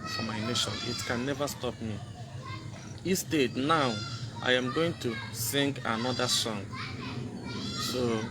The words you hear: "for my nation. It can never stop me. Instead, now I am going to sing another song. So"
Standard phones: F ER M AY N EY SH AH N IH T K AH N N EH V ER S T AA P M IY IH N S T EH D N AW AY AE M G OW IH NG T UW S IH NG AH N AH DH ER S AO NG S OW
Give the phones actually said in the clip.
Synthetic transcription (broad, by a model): F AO M AY N EY SH AH N IH T K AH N N EH V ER S T AA P M IY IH S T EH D N AW AY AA M G OW IH NG T UW S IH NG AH N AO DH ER S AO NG S OW